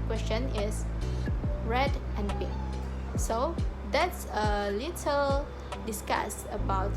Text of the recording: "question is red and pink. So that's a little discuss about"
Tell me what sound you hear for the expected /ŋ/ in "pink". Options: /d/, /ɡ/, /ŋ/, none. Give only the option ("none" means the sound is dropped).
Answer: none